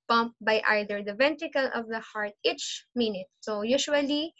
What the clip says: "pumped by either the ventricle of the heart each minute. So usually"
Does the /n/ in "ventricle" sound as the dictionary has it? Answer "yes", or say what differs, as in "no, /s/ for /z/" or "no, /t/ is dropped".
yes